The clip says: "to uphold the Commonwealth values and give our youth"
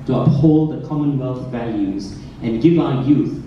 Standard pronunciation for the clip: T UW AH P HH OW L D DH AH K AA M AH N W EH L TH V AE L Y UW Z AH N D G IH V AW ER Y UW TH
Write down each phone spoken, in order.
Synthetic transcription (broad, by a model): T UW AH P HH OW L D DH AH K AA M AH N W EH L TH V AE L Y UW Z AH N G IH V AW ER Y UW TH